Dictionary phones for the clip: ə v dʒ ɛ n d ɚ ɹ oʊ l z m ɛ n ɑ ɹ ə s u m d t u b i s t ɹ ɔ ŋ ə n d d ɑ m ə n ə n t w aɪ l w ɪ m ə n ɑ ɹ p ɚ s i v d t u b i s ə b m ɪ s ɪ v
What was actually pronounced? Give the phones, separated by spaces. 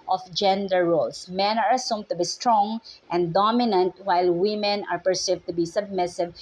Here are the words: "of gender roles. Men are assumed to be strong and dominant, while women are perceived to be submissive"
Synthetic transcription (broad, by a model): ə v dʒ ɛ n d ɚ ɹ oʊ l s m ɛ n ɑ ɹ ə s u m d t u b i s t ɹ ɔ ŋ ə n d d ɑ m ə n ə n t w aɪ l w ɪ m ə n ɑ ɹ p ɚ s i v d t u b i s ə b m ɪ s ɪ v